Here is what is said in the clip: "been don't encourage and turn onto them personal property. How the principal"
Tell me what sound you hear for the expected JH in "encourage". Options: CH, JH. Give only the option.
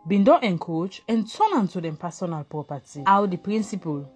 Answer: CH